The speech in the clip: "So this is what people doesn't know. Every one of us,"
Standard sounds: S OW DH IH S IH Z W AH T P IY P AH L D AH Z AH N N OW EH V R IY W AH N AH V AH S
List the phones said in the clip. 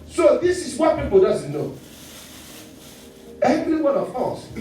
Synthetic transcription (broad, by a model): S OW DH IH S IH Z W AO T P IY P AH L D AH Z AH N N OW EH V L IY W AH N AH F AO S